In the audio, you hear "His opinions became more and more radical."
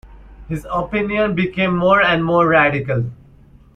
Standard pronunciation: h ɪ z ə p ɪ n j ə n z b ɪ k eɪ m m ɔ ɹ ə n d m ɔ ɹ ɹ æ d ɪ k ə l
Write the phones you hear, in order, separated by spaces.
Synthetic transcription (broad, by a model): h ɪ z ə p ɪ n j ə n b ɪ k eɪ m m ɔ ɹ ə n d m ɔ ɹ ɹ æ d ɪ k ə l